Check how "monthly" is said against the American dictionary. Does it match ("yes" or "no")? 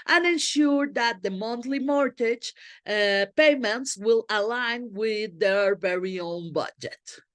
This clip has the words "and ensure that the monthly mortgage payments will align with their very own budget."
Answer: no